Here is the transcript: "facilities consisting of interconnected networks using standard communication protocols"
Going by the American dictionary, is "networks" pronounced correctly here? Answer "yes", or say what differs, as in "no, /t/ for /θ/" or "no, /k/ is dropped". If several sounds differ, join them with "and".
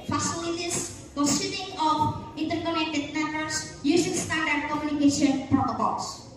no, /k/ is dropped